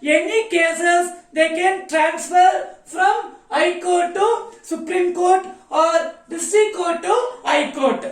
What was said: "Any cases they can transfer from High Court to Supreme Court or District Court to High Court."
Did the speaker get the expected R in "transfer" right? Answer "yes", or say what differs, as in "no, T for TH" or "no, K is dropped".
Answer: yes